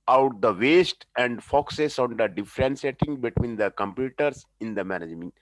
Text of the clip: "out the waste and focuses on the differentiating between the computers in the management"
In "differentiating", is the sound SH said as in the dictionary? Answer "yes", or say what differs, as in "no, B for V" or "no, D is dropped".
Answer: no, S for SH